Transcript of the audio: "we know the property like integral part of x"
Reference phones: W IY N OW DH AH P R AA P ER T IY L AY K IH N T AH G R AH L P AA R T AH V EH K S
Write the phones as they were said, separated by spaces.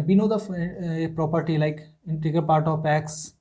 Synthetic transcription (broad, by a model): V IY N OW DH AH P R AA P ER T IY L AY K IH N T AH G AH P AA R T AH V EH K S